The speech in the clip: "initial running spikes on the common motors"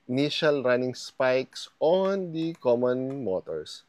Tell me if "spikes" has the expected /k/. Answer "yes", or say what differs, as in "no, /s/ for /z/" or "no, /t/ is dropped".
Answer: yes